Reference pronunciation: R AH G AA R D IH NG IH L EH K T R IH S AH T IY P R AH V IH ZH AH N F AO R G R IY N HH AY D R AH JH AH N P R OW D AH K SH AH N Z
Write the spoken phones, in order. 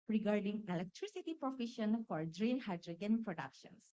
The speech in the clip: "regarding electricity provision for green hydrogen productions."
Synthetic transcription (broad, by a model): R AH G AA R D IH NG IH L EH K T R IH S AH T IY P R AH F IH SH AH N F AO R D R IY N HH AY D R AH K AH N P R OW D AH K SH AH N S